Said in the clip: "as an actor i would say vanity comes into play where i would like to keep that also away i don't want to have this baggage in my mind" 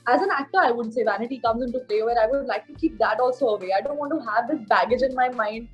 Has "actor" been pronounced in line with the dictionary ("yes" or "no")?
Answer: yes